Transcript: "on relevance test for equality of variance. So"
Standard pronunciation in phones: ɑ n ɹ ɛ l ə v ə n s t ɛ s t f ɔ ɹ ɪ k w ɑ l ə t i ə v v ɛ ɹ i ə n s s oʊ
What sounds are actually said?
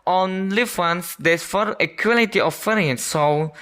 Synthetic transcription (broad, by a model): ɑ n l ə w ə n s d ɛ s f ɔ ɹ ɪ k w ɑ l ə t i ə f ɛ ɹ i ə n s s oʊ